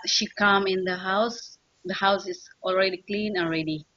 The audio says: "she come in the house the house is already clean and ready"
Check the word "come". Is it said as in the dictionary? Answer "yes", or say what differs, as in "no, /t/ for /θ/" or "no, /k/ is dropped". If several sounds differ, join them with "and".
yes